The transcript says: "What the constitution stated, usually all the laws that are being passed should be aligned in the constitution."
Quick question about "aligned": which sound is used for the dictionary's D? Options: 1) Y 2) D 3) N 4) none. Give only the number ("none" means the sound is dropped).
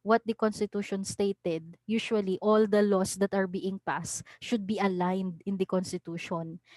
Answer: 2